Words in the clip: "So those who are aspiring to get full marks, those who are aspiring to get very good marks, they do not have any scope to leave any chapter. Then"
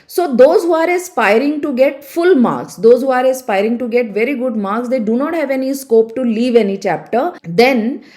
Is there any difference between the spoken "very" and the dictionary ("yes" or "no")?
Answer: no